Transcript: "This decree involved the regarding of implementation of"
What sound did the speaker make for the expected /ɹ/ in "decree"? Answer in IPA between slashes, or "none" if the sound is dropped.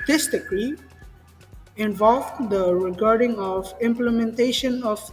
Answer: /l/